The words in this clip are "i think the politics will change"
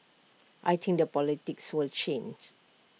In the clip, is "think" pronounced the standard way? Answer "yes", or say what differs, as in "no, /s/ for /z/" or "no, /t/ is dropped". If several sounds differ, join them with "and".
no, /t/ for /θ/